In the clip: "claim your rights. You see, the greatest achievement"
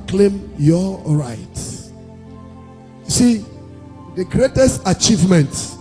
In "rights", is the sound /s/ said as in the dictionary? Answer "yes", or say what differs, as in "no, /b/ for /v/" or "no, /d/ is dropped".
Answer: no, /s/ is dropped